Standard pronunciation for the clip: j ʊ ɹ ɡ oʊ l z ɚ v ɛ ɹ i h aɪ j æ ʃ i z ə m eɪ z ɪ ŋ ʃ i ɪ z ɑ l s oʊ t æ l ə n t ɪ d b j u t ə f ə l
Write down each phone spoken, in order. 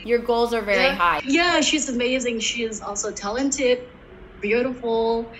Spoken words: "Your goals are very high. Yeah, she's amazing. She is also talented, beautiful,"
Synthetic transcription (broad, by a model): j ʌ ɹ ɡ oʊ l z ɚ v ɛ ɹ i h aɪ j æ ʃ i z ə m eɪ z ɪ ŋ ʃ i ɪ z ɑ l s oʊ t æ l ə n t ɪ d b j u t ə f l